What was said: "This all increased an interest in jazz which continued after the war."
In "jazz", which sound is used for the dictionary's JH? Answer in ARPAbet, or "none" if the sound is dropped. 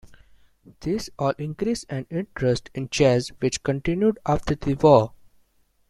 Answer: CH